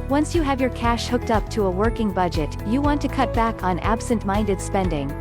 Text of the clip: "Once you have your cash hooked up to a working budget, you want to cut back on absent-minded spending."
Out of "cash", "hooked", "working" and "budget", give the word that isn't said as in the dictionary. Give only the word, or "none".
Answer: none